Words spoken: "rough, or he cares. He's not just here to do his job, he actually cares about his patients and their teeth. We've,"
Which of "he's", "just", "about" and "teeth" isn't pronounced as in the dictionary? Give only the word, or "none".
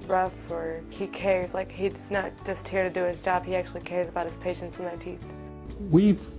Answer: none